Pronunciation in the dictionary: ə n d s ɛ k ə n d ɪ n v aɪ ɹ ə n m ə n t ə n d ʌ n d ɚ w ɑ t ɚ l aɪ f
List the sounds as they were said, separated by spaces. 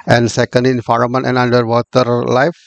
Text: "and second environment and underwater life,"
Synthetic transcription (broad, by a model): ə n d s ɛ k ə n d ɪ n f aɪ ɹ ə m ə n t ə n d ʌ n d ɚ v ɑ t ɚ l aɪ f